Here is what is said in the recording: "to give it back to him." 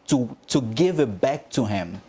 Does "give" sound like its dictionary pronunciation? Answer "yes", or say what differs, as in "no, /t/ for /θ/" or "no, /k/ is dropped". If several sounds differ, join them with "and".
yes